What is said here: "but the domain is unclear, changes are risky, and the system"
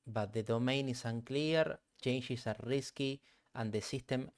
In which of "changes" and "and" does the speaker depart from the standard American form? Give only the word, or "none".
changes